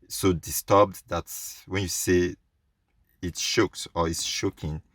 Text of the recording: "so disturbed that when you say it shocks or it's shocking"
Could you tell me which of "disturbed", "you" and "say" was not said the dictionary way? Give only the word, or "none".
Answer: none